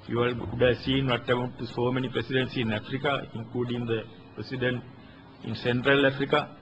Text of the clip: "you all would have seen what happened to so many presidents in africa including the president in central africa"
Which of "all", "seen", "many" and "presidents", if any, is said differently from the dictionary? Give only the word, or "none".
presidents